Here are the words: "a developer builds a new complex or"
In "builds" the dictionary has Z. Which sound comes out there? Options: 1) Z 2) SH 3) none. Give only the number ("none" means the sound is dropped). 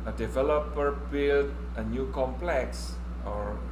3